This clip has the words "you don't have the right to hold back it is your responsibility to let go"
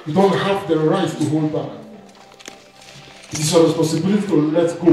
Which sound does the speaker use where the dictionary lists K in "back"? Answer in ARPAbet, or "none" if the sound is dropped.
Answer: none